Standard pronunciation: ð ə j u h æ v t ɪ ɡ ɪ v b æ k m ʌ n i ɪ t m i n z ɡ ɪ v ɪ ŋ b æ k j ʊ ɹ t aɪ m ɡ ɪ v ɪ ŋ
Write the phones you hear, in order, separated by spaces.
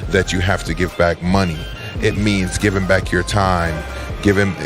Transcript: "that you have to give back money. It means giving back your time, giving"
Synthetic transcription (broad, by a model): ð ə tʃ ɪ h æ f t ɪ ɡ ɪ v b æ k m ʌ n i ɪ t m i n z ɡ ɪ v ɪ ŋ b æ k j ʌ ɹ t aɪ m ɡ ɪ v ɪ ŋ